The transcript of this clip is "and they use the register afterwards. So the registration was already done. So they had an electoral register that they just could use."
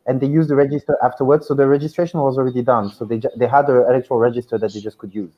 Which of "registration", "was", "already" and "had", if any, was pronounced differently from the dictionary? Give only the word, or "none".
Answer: none